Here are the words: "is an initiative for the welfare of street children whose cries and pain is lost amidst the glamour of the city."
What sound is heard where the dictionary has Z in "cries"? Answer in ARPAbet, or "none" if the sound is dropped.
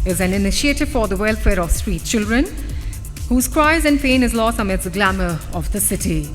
Z